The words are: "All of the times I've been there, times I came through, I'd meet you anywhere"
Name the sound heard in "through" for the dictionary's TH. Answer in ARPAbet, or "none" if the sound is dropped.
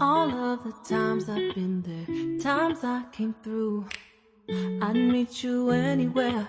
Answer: TH